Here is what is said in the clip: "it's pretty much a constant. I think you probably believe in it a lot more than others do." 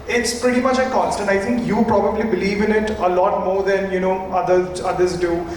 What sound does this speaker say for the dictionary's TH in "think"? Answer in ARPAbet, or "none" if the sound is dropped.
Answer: T